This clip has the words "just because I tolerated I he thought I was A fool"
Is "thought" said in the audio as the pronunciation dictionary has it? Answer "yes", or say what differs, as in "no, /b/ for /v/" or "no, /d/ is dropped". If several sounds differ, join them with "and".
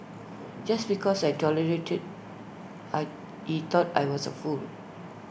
no, /t/ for /θ/